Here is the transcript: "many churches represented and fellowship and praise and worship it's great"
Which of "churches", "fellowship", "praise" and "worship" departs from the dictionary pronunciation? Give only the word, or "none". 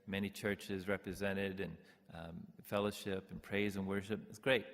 none